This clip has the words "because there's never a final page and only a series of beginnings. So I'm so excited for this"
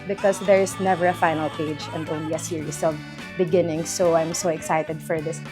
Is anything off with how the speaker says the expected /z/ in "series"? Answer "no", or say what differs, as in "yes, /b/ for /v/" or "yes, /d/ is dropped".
yes, /s/ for /z/